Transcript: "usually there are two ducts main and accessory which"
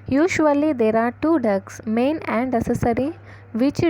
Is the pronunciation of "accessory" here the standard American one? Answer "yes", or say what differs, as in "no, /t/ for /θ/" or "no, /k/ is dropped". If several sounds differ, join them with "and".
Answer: no, /k/ is dropped